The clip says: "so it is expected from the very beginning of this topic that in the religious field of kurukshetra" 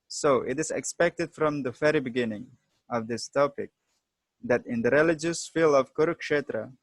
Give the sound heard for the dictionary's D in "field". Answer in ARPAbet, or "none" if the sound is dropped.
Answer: none